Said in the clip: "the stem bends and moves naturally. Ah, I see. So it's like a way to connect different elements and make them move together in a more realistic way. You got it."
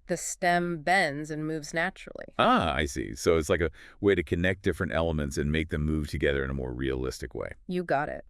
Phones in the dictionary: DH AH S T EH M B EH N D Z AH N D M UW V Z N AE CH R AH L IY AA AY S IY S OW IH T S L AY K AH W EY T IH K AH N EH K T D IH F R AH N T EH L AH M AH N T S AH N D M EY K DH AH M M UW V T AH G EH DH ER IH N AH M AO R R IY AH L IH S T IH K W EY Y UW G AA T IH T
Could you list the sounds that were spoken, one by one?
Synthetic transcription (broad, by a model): DH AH S T EH M B EH N D Z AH N M UW V Z N AE CH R L IY AA AY S IY S OW IH T S L AY K AH W EY T IH K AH N EH K D IH F R AH N T EH L AH M AH N T S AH N M EY K DH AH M M UW V T AH G EH DH ER IH N AH M AO R R IY AH L IH S T IH K W EY Y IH G AA T IH T